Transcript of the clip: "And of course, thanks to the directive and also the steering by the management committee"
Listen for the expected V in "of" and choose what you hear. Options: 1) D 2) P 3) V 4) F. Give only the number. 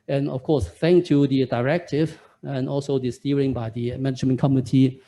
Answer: 4